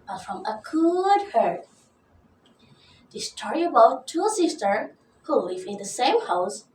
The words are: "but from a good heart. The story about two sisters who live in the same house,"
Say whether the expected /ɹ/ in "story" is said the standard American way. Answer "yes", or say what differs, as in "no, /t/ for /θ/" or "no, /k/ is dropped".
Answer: yes